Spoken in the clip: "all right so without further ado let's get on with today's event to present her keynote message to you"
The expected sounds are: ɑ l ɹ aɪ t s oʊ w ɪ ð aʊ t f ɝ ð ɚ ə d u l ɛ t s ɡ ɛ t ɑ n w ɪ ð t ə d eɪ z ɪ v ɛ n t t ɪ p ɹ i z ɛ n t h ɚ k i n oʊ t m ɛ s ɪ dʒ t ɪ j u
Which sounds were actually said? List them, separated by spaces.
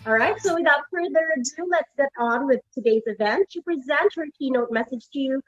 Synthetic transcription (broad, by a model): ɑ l ɹ aɪ t s oʊ w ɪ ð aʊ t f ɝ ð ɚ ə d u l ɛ t s ɡ ɛ t n w ɪ ð t ə d eɪ z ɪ v ɛ n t t ɪ p ɹ i z ɛ n t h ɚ k i n oʊ t m ɛ s ɪ dʒ t ɪ j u